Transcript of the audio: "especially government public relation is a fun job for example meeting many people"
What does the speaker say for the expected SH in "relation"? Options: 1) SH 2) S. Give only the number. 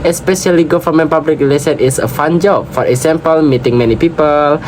2